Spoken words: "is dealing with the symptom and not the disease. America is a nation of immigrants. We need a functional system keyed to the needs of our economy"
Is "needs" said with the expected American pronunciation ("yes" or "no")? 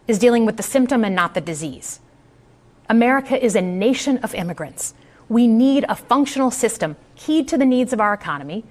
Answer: yes